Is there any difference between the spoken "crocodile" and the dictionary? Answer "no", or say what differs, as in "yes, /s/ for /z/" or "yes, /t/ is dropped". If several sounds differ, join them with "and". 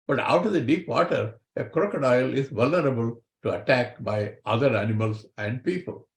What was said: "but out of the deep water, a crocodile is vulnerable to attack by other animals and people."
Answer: no